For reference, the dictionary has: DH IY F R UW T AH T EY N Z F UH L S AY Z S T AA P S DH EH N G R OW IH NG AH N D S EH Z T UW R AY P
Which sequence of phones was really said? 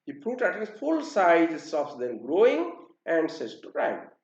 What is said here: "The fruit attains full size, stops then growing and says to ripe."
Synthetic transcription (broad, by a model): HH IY P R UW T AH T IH Z F UH L S AY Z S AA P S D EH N G R OW IH NG AH N D S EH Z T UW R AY